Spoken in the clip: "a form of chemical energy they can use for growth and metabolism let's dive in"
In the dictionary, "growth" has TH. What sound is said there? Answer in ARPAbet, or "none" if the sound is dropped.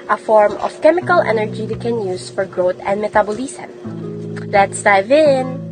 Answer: T